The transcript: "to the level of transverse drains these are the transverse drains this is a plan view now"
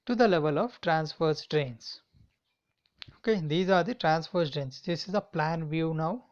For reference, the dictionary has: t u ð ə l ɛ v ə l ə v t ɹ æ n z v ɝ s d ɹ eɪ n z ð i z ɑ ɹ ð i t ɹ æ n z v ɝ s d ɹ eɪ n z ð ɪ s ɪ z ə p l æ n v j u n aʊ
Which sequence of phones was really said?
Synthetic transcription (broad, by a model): t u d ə l ɛ v ə l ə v t ɹ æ n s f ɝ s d ɹ eɪ n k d i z ɑ ɹ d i t ɹ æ n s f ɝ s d ɹ eɪ n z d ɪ s ɪ z ə p l æ n v j u n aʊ